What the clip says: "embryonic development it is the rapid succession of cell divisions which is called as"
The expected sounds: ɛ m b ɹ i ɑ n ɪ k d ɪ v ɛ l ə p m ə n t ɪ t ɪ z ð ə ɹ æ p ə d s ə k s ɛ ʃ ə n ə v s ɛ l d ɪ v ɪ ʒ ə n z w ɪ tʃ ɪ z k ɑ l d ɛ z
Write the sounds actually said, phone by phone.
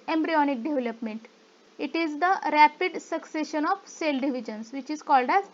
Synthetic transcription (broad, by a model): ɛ m b ɹ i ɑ n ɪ k d ɪ v ɛ l ə p m ə n t ɪ t ɪ z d ə ɹ æ p ə d s ə k s ɛ ʃ ə n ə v s ɛ l d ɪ v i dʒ ə n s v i tʃ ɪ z k ɑ l d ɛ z